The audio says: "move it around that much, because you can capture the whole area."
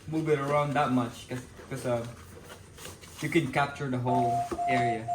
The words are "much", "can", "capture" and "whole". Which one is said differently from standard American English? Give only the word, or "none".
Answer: none